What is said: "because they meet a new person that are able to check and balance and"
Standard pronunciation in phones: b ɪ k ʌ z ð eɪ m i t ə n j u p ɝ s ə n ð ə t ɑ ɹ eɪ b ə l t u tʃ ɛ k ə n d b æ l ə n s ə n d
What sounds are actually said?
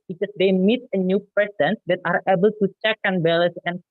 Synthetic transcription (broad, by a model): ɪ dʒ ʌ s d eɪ m i t ə n j u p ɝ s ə n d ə t ɑ ɹ eɪ b ə l t u tʃ ɛ k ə n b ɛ l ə s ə n